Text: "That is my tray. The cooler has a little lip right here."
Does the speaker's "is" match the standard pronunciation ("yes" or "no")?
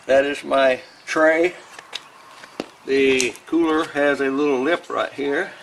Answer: yes